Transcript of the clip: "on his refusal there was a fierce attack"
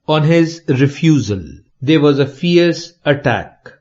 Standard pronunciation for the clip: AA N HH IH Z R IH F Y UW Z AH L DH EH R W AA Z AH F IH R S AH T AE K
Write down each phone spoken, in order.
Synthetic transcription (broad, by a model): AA N HH IH Z R IH F Y UW Z AH L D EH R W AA Z AH F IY R S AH T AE K